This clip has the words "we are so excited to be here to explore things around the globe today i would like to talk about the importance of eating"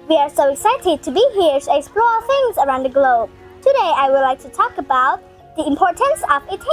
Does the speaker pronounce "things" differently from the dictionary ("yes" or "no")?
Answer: no